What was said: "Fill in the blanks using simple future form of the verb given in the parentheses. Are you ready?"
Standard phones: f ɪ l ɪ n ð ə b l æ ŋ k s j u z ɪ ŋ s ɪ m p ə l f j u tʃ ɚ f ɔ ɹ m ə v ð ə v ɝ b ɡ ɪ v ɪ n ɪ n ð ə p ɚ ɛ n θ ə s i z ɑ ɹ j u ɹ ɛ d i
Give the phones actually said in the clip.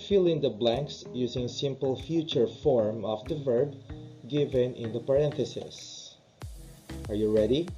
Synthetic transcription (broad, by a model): f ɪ l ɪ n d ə b l æ ŋ k s j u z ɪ ŋ s ɪ m p ə l f j u tʃ ɚ f ɔ ɹ m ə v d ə v ɝ b ɡ ɪ v ɪ n ɪ n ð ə p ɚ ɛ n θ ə s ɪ s ɑ ɹ j u ɹ ɛ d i